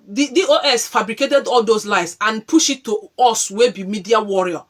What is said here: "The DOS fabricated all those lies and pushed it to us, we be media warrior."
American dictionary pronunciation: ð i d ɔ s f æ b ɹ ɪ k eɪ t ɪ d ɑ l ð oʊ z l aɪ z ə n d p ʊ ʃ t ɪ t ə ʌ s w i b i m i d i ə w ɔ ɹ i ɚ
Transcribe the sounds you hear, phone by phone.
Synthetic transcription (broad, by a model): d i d ɔ s f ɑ b ɹ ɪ k eɪ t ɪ d ɑ l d oʊ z l aɪ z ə n p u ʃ ɪ t ə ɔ s w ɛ b i m i d i ə w ɔ ɹ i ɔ